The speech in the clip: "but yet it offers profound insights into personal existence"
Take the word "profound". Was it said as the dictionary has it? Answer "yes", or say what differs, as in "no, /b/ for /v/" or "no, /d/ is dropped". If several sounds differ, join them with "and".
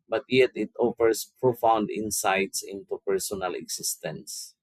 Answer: yes